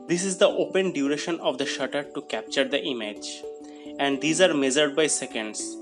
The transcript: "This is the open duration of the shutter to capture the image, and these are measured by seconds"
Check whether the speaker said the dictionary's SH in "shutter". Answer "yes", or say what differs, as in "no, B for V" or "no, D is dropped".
yes